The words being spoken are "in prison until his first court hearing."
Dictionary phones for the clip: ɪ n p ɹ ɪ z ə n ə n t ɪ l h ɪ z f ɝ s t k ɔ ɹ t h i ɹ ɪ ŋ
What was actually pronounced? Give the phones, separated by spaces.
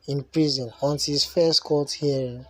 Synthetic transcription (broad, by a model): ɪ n p ɹ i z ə n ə n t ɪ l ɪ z f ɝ s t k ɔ l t h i ɹ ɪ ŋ